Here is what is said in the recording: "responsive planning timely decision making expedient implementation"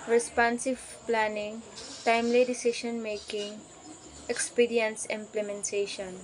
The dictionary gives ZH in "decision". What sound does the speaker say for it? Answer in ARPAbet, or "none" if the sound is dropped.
SH